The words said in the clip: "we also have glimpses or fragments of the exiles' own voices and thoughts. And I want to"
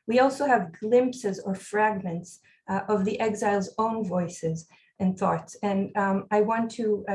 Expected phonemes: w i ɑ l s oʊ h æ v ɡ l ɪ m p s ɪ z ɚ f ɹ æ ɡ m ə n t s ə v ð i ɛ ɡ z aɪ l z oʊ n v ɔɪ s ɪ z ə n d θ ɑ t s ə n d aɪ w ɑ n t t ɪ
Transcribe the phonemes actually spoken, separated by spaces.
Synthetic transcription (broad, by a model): w i ɑ l s oʊ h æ v ɡ l ɪ m p s ɪ z ɚ f ɹ æ ɡ m ə n t s ə v ð i ɛ ɡ z aɪ l z oʊ n v ɔɪ s ɪ z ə n θ ɑ t s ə n aɪ w ɑ n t t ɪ